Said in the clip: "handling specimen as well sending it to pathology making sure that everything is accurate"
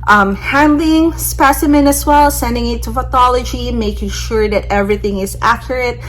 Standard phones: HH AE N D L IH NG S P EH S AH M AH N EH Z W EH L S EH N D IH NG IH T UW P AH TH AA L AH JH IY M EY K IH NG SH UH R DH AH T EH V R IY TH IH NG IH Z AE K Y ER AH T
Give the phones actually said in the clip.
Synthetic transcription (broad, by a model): HH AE N D L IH NG S P EH S AH M AH N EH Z W EH L S EH N D IH NG IH T UW F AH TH AA L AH JH IY M EY K IH NG SH UH R DH AH T EH V R IY TH IH NG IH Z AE K Y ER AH T